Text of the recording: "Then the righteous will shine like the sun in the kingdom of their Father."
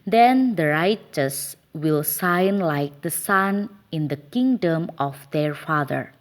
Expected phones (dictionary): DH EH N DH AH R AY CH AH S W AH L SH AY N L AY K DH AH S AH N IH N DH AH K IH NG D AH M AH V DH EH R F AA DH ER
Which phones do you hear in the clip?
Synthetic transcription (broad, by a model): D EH N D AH R AY CH AH S W AH L S AY N L AY K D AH S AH N IH N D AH K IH NG D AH M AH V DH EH R F AA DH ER